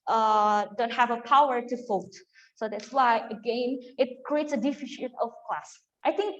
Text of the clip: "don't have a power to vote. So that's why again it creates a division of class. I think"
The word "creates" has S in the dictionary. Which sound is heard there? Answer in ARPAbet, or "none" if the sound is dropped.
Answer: S